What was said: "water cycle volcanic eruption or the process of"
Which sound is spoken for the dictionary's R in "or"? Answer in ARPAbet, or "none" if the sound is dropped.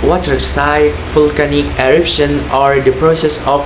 R